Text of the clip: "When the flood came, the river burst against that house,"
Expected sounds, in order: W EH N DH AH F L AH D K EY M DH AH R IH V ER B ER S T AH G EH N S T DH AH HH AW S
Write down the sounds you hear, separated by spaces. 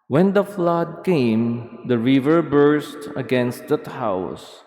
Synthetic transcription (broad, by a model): W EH N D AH F L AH D K EY M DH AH R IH V ER B ER S T AH G EH N S T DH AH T AW S